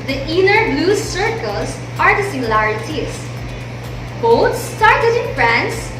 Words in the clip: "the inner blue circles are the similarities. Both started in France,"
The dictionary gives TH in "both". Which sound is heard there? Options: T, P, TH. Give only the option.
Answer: T